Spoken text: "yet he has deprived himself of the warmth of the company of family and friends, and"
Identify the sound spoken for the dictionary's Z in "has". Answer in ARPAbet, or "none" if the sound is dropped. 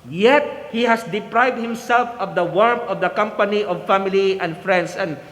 S